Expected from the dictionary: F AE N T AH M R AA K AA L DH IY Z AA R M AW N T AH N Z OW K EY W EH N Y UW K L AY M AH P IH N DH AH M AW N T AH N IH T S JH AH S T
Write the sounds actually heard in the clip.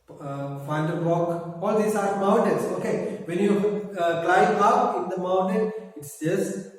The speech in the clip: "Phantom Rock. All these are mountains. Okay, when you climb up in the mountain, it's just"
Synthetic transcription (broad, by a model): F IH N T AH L R AA K AA L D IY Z AA R M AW N T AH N S OW K EY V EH N Y UW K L AY AH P IH N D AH M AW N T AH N IH T S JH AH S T